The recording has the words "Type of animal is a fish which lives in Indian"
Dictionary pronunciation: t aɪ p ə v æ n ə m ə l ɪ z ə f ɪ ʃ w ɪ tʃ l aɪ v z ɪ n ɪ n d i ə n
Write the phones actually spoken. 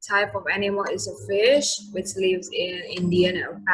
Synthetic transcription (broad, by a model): t aɪ p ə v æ n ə m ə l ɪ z ə f ɪ ʃ w ɪ tʃ l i v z ɪ n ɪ n d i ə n